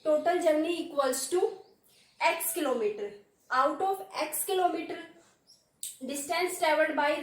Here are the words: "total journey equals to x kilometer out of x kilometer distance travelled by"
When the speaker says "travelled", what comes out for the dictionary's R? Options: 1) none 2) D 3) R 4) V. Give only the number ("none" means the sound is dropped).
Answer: 1